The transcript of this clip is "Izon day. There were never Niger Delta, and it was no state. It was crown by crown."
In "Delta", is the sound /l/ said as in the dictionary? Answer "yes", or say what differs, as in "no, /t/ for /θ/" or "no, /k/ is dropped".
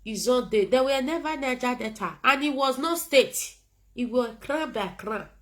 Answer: no, /l/ is dropped